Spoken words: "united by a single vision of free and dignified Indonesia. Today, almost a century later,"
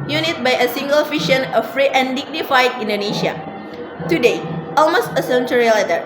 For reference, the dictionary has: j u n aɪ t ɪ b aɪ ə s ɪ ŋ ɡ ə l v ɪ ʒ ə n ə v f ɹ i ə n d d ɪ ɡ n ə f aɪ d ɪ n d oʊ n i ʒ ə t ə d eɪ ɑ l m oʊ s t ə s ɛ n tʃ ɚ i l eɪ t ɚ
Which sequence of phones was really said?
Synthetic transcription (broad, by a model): j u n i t b aɪ ə s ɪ ŋ ɡ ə l f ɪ ʃ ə n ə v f ɹ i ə n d d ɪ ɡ n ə f aɪ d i n d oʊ n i ʃ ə t ə d eɪ ɑ l m oʊ s t ə s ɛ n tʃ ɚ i l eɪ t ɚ